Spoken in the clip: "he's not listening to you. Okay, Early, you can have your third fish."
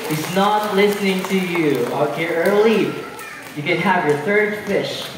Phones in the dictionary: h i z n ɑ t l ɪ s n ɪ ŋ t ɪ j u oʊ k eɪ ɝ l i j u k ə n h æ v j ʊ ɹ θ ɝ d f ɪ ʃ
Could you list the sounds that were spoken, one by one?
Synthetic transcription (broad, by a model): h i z n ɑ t l ɪ s n ɪ ŋ t ɪ j u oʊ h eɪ ɝ l i j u k ə n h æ v j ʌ ɹ θ ɝ d f ɪ ʃ